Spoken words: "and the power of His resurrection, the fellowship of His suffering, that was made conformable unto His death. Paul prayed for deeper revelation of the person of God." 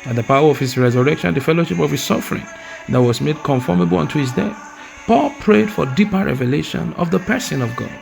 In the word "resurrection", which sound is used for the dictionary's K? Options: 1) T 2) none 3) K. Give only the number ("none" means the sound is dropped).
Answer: 3